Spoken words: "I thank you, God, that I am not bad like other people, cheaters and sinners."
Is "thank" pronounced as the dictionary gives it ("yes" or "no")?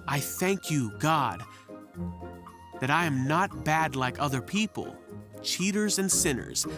yes